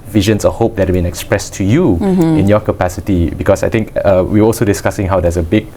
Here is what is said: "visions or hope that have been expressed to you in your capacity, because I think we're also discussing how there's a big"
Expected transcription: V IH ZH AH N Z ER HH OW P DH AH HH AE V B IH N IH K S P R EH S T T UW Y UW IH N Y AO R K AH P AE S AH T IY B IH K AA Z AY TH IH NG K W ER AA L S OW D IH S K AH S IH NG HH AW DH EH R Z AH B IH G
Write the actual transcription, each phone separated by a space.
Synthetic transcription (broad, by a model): V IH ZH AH N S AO HH OW P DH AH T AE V B IH N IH K S P R EH S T T UW Y UW IH N Y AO K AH P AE S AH T IY B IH K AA S AY T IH NG K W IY AA L S OW D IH S K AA S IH NG HH AW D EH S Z AH B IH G